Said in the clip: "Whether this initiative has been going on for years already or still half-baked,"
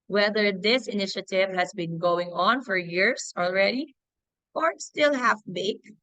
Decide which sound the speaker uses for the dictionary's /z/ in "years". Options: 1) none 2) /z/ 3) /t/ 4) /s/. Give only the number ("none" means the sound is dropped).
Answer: 4